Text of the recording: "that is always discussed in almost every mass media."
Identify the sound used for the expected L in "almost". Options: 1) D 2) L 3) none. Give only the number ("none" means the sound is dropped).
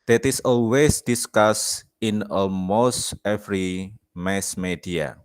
3